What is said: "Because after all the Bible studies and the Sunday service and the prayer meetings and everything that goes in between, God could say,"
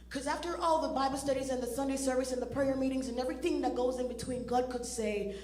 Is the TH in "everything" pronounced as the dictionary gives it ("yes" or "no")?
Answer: yes